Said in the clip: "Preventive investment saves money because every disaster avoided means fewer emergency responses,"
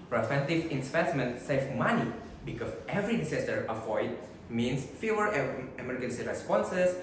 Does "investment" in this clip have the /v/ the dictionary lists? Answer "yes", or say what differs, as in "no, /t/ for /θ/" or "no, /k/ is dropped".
no, /p/ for /v/